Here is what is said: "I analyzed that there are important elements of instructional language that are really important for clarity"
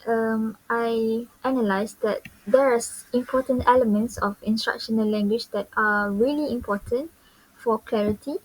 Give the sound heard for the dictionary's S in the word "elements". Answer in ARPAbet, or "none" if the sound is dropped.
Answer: S